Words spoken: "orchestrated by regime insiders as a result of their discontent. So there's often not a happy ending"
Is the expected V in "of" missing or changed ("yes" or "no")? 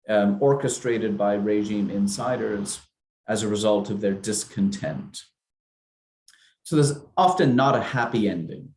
no